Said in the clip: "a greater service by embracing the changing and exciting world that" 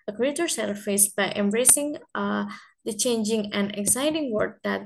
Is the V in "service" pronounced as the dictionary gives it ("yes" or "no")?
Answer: no